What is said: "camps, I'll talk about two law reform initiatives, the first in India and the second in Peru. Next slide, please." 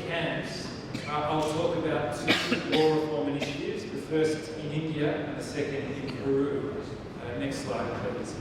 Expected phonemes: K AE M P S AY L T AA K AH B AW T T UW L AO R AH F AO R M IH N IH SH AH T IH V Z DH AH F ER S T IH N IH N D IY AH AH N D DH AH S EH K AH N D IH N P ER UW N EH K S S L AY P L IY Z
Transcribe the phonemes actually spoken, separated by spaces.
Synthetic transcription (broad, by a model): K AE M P S AY L T AA K AH B AW T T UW W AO R AH F AO R M IH N IH SH AH T IH V Z DH AH F ER S T IH N IH N D IY AH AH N DH AH S EH K AH N D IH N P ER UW N EH K S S L AY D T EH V